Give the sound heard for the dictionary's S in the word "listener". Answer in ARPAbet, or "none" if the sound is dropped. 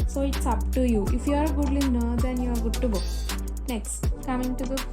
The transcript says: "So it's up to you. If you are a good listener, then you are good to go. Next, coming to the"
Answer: none